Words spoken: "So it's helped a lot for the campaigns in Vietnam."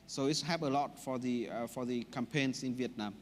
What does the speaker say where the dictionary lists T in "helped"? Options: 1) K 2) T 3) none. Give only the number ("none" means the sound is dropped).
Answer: 3